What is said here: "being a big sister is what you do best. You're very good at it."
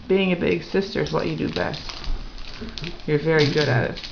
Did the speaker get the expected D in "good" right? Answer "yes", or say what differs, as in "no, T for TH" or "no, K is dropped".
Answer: yes